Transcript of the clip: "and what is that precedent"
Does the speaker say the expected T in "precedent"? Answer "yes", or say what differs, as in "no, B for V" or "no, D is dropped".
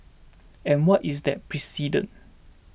no, T is dropped